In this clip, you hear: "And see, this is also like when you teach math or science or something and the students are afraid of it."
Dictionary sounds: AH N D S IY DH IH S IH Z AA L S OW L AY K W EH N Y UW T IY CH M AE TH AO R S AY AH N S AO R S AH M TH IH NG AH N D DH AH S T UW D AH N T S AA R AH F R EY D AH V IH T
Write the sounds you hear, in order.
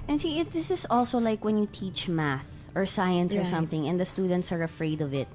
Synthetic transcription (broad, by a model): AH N S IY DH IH S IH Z AA L S OW L AY K W EH N Y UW T IY CH M AE TH AO R S AY AH N S AO R S AH M TH IH NG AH N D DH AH S T UW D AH N T S AA R AH F R EY D AH V IH T